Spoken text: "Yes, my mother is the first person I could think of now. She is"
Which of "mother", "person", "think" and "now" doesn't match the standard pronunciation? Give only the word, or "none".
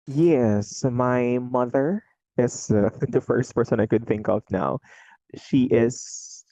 none